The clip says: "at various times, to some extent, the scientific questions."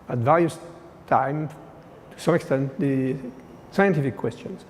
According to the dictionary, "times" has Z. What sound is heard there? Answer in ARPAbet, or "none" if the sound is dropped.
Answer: none